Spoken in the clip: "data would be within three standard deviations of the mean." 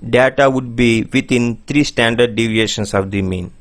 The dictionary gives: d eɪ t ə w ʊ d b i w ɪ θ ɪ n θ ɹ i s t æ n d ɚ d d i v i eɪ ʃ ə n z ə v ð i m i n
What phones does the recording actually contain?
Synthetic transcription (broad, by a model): d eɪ t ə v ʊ d b i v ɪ t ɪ n t ɹ i s t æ n d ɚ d d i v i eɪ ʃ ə n s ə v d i m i n